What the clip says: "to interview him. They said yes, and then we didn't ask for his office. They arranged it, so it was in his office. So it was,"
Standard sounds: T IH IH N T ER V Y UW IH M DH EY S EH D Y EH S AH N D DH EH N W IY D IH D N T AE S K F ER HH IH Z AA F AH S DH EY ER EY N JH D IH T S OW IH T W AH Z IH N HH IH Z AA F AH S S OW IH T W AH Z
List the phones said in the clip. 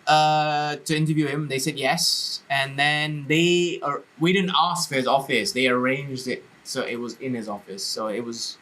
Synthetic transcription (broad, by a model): T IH IH N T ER V Y UW IH M DH EY S EH D Y EH S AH N DH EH N W IY D IH D N T AE S K F ER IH Z AA F AH S DH EY ER EY N JH D IH T S OW IH T W AH Z IH N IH Z AA F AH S S OW IH T W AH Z